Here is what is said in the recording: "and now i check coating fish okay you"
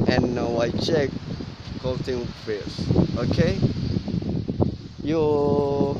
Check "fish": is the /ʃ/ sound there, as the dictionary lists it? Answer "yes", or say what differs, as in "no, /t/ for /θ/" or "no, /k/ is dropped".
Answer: no, /s/ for /ʃ/